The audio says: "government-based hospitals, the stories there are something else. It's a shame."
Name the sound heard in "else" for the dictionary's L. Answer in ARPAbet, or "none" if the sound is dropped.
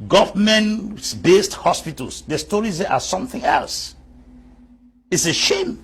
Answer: L